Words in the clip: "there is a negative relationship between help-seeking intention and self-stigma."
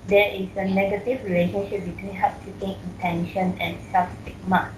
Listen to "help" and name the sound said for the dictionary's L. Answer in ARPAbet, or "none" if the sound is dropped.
none